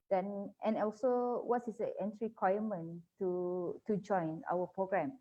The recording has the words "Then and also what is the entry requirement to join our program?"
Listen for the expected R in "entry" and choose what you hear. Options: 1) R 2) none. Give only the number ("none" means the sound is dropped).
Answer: 1